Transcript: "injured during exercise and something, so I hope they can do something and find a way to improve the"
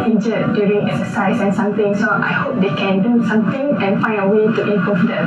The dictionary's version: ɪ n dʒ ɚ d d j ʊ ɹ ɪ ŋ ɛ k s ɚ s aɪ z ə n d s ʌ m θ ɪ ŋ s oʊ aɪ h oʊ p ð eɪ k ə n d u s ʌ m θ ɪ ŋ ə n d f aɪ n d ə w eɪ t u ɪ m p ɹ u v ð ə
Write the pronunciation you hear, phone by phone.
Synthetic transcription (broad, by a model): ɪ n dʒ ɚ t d j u ɹ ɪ ŋ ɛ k s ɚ s aɪ s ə n s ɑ m t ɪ ŋ s oʊ aɪ h oʊ p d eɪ k ə n d u s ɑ m t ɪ ŋ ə n f aɪ n d ə w eɪ t u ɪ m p ɔ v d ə